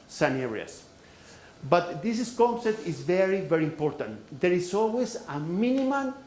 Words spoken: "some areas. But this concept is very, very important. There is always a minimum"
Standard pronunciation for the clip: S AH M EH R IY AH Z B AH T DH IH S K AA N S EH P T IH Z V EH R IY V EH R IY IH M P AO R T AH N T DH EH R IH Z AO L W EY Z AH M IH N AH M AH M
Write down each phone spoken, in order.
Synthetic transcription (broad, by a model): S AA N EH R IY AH S B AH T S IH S K AA N S EH P T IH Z V EH R IY V EH R IY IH M P AO R T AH N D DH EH R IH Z AO L W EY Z AH M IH N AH M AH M